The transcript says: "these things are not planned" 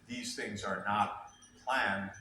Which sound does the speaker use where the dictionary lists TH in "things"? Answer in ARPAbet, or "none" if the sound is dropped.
TH